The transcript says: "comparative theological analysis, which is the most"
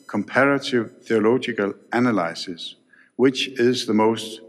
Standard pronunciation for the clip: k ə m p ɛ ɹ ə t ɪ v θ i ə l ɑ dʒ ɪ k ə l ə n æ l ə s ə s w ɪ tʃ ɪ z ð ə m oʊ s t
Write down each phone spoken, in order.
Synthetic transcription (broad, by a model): k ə m p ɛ ɹ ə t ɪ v θ i ə l ɑ dʒ ɪ k ə l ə n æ l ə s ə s w ɪ tʃ ɪ z ð ə m oʊ s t